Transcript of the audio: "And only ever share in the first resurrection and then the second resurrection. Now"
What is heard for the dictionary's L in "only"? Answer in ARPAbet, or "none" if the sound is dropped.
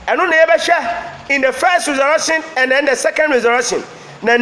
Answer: none